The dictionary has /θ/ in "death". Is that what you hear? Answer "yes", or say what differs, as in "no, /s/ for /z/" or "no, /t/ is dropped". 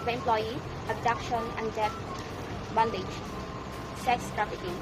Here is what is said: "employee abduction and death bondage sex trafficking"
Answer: no, /f/ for /θ/